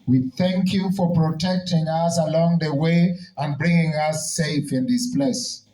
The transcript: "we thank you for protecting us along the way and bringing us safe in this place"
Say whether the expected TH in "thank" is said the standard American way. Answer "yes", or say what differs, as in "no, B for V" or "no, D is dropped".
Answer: yes